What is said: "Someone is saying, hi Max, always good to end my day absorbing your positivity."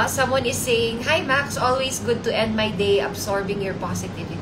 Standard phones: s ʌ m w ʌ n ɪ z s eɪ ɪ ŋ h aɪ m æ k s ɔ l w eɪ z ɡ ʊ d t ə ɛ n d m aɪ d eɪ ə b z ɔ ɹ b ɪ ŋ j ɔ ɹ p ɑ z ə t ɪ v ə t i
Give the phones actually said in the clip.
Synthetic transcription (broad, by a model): s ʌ m w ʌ n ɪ s eɪ ɪ ŋ h aɪ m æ k s ɔ l w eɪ s ɡ ʊ d t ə ɛ n d m aɪ d eɪ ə b s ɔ ɹ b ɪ ŋ j ɔ ɹ p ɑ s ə t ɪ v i